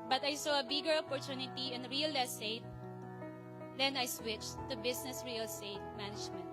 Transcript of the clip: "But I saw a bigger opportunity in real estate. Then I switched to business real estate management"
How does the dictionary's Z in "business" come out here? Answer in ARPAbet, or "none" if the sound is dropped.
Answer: S